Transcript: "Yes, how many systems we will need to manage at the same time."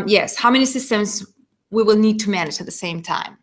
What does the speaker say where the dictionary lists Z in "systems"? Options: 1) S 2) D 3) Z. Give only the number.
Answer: 3